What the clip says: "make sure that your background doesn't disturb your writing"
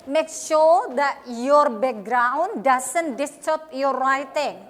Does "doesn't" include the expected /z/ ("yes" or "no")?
no